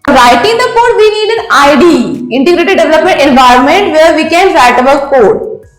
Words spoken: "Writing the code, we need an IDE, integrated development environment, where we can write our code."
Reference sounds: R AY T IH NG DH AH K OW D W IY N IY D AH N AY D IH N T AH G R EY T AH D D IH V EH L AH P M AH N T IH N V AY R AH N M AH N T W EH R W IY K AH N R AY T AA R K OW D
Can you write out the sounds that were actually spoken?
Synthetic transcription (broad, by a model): R AY T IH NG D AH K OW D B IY N IY D AH N AY D IH N T AH G R EY T AH D D IH V EH L AH P M AH N T IH N V AY R AH N M AH N T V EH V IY K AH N R AY T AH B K OW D